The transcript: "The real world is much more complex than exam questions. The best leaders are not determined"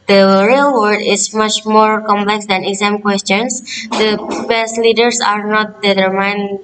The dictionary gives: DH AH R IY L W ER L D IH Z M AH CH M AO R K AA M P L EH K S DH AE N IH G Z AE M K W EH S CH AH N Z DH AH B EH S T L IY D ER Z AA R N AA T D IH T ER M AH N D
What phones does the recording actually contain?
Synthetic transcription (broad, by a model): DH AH R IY L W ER D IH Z M AH CH M AO R K AA M P L EH K S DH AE N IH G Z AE M K W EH S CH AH N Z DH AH B EH S T L IY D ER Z AA R N AA T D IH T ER M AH N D